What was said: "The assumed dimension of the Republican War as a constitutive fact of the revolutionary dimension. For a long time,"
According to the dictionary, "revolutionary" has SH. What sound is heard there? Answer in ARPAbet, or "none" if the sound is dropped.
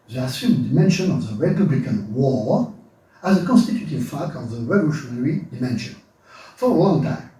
SH